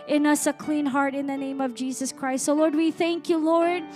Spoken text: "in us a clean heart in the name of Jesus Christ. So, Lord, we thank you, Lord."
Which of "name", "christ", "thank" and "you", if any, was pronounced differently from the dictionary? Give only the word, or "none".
none